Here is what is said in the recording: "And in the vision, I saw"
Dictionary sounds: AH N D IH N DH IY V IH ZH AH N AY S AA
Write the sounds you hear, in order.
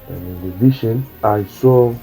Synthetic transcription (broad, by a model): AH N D IH N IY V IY SH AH N AY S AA